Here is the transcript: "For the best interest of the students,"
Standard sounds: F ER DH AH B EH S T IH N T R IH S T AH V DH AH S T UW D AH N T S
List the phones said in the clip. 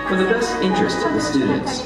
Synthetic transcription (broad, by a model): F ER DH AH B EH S IH N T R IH S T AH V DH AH S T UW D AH N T S